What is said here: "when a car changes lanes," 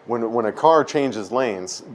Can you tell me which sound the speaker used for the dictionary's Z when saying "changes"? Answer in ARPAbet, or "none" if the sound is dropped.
Z